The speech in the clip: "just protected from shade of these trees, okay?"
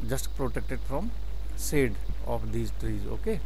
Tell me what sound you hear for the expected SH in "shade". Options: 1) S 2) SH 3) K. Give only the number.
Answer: 1